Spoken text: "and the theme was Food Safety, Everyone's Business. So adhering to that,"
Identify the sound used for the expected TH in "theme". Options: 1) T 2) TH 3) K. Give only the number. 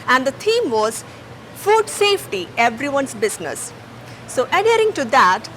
1